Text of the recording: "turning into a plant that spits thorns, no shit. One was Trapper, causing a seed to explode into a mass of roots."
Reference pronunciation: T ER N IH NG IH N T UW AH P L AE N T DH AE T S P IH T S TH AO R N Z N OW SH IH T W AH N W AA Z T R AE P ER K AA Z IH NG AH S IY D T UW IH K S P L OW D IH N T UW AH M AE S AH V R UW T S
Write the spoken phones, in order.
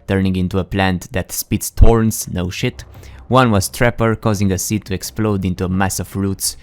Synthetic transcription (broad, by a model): T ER N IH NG IH N T UW AH P L AE N T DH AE T S P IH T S T AO R N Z N OW SH IH T W AH N W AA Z T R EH P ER K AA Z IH NG AH S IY T UW IH K S P L OW D IH N T UW AH M AE S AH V R UW T S